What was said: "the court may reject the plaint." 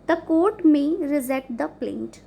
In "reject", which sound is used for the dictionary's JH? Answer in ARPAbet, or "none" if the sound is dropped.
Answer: Z